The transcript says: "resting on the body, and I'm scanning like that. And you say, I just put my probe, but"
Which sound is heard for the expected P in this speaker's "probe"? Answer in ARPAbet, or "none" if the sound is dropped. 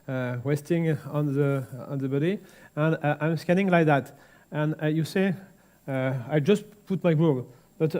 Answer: B